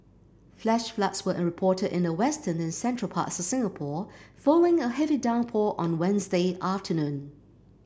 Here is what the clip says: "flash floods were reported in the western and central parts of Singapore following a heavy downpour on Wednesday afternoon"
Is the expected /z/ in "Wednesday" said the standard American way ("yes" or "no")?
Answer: yes